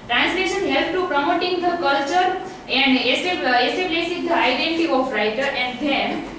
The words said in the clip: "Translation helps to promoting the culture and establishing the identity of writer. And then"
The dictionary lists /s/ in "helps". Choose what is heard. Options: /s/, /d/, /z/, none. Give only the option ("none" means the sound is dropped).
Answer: none